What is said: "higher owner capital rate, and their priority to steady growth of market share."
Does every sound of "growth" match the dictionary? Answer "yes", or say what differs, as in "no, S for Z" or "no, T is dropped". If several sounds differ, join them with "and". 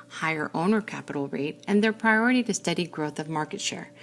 yes